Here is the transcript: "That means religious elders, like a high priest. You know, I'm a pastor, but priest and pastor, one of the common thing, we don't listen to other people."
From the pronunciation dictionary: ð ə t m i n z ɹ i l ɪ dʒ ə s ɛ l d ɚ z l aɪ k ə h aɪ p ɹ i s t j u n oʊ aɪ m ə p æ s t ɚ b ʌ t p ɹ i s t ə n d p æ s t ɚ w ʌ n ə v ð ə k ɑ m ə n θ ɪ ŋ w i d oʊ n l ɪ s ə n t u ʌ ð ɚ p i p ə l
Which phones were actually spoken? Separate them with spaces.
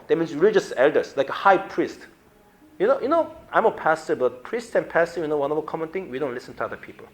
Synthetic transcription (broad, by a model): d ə t m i n s ɹ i l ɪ dʒ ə s ɛ l d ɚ s l aɪ k ə h aɪ p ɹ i s t j u n oʊ aɪ m ə p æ s t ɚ b ʌ t p ɹ i s t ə n p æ s t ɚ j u n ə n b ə k ɑ m ə n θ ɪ ŋ w i d oʊ n l ɪ s ə n t u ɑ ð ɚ p i p ə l